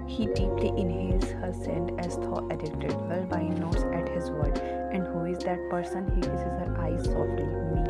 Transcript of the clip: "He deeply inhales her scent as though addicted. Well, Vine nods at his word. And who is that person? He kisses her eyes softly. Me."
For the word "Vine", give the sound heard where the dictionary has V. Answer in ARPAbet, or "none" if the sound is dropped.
B